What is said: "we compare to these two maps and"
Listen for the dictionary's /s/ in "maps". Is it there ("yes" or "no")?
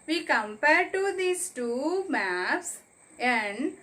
yes